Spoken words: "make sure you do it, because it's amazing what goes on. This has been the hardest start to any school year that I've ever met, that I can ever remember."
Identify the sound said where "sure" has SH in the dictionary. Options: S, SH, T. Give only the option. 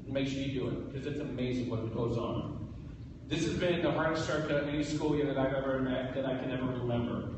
S